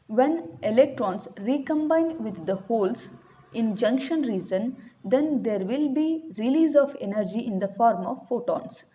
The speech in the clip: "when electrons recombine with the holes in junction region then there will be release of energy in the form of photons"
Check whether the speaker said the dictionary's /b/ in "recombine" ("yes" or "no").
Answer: yes